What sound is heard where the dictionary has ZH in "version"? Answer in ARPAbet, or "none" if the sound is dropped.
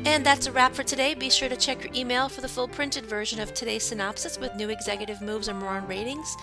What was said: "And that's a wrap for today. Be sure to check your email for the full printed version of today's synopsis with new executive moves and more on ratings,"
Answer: ZH